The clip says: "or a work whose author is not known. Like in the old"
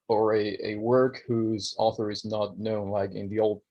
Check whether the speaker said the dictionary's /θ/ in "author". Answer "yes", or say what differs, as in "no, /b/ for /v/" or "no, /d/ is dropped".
yes